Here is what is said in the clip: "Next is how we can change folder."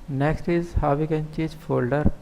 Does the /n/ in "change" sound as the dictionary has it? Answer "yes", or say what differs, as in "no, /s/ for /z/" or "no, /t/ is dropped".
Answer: no, /n/ is dropped